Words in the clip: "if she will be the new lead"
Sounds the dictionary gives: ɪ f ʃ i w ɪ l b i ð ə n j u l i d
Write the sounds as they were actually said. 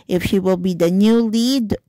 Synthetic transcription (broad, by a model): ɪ f ʃ i w ɪ l b i ð ə n j u l i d